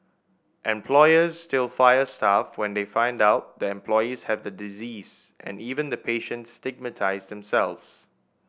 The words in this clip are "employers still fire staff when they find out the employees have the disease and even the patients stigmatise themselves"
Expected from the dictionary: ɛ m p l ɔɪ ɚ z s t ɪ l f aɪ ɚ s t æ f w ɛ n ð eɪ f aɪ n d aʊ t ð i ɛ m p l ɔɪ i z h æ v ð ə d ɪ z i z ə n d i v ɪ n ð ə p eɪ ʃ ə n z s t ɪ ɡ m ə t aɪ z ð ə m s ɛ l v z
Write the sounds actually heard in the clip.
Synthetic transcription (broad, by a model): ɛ m p l ɔɪ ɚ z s t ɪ l f aɪ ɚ s t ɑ f w ɛ n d eɪ f aɪ n d aʊ t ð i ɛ m p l ɔɪ i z h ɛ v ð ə d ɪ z i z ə n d i v ɪ n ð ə p eɪ ʃ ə n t s t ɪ ɡ m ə t aɪ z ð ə m s ɛ l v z